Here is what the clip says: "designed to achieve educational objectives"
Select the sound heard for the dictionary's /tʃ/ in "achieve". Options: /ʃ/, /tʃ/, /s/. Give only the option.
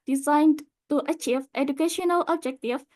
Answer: /tʃ/